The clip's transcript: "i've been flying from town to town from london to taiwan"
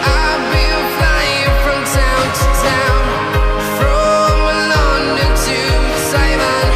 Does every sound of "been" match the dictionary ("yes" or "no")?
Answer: no